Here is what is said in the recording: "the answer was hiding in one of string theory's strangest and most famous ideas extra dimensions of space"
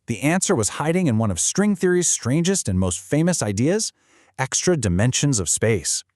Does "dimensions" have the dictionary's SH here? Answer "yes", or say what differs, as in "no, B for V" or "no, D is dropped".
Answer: yes